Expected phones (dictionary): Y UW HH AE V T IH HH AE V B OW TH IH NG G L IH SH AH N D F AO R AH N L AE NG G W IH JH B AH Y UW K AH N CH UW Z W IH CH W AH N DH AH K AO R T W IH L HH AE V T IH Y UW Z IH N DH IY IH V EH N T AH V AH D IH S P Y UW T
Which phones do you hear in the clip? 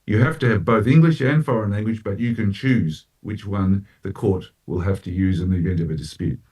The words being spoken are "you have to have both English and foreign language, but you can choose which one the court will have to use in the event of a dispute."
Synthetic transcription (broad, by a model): Y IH HH AE F T IH V B OW TH IH NG G L IH SH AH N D F AO R AH N L AE NG G W IH JH B AH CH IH K AH N CH UW Z W IH CH W AH N DH AH K AO R T W IH L HH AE F T IH Y UW Z IH N DH IY IH V EH N T AH V AH D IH S P Y UW T